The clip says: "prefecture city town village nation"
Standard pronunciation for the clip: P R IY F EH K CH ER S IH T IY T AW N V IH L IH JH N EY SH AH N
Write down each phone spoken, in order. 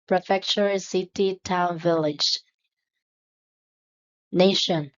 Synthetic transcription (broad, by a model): P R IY F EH K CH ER S IH T IY T AW N V IH L IH JH N EY SH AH N